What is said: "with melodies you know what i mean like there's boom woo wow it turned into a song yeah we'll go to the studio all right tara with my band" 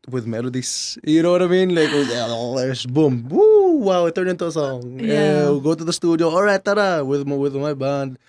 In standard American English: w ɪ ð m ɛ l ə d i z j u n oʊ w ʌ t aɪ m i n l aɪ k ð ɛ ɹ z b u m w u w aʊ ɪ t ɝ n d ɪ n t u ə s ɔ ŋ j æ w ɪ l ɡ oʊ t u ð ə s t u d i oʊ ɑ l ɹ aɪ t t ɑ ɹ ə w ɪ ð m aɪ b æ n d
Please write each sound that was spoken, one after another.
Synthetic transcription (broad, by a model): w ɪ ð m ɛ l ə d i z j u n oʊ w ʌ t aɪ m i n l aɪ k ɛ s b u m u w aʊ ɪ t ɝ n ɪ n t u ə s ɔ ŋ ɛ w ɡ oʊ t u ð ə s t u d i oʊ ɑ l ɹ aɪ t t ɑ w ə w ɪ ð m aɪ b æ n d